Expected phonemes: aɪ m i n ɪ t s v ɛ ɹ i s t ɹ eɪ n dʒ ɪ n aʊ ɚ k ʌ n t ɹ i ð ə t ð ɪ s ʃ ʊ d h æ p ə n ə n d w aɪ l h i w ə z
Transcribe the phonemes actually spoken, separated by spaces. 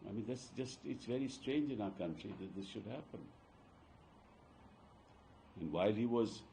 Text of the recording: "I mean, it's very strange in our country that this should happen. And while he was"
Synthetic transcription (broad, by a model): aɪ m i n ɪ t s v ɛ ɹ i s t ɹ eɪ n dʒ ɪ n aʊ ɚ k ʌ n t ɹ i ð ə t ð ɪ s ʃ ʊ d h æ p ə n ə n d w aɪ l h i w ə z